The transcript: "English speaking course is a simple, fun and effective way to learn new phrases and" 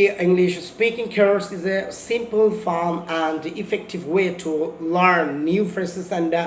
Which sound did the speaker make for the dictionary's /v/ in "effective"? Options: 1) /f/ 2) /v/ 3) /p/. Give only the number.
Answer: 2